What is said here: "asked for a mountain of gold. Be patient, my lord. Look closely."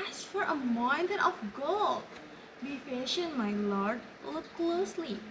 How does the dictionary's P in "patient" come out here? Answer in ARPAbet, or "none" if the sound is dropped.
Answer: F